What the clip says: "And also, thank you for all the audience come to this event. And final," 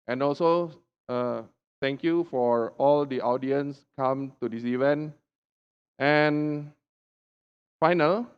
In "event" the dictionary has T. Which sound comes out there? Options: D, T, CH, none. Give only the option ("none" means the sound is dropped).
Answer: T